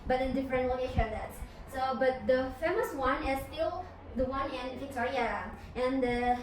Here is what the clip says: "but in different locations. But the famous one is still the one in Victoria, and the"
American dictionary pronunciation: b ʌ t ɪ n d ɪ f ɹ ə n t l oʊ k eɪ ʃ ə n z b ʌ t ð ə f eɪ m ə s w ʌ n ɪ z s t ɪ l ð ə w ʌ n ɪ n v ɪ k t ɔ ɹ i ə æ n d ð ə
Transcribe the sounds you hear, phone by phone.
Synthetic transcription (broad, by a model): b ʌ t ɪ n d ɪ f ɹ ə n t w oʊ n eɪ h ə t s b ʌ t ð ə f eɪ m ə s w ʌ n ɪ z s t ɪ l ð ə w ʌ n ɪ n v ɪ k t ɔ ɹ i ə n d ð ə